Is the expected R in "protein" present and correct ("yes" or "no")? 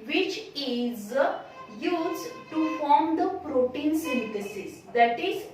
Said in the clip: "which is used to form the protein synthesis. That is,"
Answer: yes